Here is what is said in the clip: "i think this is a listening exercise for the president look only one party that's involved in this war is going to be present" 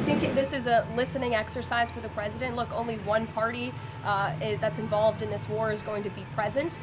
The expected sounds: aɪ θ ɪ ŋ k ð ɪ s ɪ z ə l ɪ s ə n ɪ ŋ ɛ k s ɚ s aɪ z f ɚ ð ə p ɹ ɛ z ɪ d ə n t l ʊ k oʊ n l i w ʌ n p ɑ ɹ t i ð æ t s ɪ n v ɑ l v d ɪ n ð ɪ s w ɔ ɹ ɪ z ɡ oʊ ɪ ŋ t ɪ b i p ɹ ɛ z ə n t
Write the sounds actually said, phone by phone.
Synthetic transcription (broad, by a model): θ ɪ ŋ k ð ɪ s ɪ z ə l ɪ s ə n ɪ ŋ ɛ k s ɚ s aɪ z f ɚ ð ə p ɹ ɛ z ɪ d ə n t l ʊ k oʊ n l i w ʌ n p ɑ ɹ t i ð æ t s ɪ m v ɑ l v d ɪ n ð ɪ s w ɔ ɹ ɪ z ɡ oʊ ɪ ŋ t ɪ b i p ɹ ɛ z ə n t